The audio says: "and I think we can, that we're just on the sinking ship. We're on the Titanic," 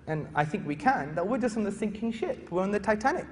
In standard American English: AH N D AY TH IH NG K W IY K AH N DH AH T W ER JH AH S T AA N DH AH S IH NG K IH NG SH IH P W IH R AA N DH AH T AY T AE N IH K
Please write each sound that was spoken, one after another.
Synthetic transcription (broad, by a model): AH N AY TH IH NG K W IY K AH N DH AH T W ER JH AH S T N DH AH S IH NG K IH NG SH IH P W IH R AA N DH AH T AY T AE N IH K